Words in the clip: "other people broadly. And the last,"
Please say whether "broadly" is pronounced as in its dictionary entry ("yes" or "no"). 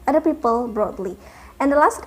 yes